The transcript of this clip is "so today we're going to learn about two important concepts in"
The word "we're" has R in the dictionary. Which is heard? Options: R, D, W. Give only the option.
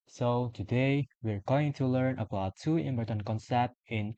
R